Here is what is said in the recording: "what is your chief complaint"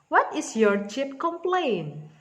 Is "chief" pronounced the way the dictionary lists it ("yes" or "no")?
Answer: no